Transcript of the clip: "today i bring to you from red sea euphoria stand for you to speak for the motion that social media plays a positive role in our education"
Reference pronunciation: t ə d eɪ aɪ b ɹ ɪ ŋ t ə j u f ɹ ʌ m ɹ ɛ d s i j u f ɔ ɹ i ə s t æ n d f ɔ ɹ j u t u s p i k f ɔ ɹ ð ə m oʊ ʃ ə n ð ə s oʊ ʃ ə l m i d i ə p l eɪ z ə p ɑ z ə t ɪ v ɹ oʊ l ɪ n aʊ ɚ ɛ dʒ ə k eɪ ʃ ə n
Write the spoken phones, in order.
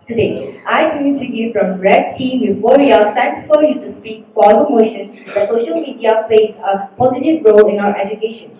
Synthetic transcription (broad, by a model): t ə d eɪ aɪ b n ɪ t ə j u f ɹ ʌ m ɹ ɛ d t i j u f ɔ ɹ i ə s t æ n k f ɔ ɹ j u t u s p i k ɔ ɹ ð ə m oʊ ʃ ə n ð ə s oʊ ʃ ə l m i d i ə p l eɪ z ə p ɑ z ə t ɪ v ɹ oʊ l ɪ n aʊ ɚ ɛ dʒ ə k eɪ ʃ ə n